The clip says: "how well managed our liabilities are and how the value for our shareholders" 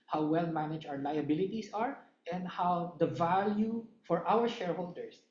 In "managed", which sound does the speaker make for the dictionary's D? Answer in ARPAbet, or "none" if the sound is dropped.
none